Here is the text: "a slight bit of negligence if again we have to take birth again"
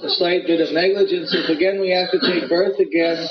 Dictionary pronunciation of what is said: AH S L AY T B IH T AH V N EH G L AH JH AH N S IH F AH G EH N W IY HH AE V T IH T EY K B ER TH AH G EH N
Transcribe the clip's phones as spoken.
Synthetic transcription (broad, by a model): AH S L AY T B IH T AH V N EH G L AH JH AH N S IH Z AH G EH N W IY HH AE F T IH T EY K B ER TH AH G EH N